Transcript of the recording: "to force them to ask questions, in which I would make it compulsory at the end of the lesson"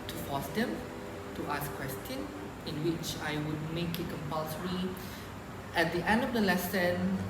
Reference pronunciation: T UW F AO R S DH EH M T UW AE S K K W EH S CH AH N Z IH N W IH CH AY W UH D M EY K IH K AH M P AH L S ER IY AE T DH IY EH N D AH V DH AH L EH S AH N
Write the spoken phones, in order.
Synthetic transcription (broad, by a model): T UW F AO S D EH M T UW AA S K K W EH S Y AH N IH N W IH CH AY W UH D M EY K IH K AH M P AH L S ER IY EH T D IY EH N D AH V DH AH L EH S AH N